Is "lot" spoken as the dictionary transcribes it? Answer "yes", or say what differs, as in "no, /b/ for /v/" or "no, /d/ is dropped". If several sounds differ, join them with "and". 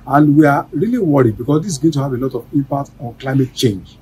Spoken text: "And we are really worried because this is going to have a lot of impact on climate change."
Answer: yes